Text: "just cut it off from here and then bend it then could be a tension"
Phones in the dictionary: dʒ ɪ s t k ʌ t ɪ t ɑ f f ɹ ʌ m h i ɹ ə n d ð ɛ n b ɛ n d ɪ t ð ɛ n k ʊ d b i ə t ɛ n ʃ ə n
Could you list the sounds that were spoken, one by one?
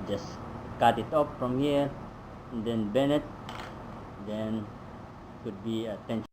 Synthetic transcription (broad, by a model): dʒ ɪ s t k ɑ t ɪ t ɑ p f ɹ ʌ m h i ɹ ə n d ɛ n b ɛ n ɪ t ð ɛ n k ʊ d b i ə t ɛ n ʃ